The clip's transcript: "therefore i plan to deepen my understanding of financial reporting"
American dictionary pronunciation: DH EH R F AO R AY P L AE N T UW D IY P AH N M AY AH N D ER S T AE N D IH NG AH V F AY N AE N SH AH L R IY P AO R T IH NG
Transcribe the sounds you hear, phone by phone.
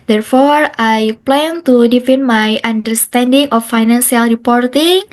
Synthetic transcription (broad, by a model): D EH R F AO R AY P L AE N T UW D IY F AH N M AY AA N D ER S T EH N D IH NG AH F AY N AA N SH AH L R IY P AO R T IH NG